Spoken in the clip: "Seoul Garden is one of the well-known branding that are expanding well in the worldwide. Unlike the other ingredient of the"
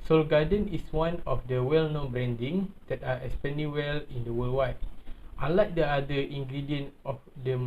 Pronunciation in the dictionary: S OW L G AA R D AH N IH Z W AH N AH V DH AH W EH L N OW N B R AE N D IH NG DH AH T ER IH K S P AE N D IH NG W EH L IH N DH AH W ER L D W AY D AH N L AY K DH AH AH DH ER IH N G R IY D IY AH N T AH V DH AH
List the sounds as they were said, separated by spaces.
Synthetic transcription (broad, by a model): S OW L G AA D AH N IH S W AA N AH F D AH W EH L N OW N B R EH N D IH NG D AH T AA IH S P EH N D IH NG W EH L IH N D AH W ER L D W AY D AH L AY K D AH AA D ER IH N G R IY D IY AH N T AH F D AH